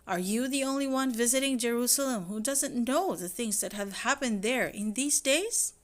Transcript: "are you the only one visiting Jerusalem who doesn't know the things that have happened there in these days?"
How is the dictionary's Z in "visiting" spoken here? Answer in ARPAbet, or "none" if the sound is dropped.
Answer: Z